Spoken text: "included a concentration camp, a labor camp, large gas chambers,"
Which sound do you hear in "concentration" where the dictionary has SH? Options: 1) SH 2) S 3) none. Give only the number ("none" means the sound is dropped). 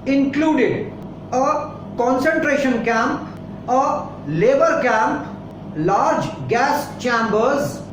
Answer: 1